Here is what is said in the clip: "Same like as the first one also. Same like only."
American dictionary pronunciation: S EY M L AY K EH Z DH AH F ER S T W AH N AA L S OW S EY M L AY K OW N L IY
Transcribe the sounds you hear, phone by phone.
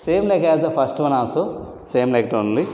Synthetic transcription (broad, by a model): S EY M L AY K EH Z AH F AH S T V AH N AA S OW S EY M L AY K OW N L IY